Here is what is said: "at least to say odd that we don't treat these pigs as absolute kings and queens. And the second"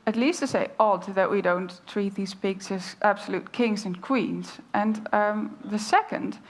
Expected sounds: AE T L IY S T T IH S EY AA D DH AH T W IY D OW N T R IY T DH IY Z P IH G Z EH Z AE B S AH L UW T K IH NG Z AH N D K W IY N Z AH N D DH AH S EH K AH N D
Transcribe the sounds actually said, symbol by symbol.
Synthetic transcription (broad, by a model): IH T L IY S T T IH S EY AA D DH AH T W IY D OW N T R IY T DH IY Z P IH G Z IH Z AE B S AH L UW T K IH NG Z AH N K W IY N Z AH N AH DH AH S EH K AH N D